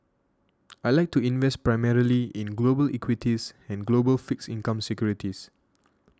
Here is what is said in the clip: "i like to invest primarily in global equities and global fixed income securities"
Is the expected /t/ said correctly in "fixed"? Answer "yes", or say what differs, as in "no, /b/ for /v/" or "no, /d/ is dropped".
no, /t/ is dropped